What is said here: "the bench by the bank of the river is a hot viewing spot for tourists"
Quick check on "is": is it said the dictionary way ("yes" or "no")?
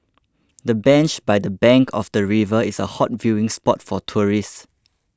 no